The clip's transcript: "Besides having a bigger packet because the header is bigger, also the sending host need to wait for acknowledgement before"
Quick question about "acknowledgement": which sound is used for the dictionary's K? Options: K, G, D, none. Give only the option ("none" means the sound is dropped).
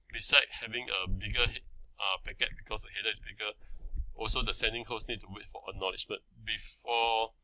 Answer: none